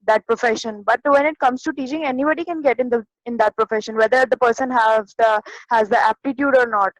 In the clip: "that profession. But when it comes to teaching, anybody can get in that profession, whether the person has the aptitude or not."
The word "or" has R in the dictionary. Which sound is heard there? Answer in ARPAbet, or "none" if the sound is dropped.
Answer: R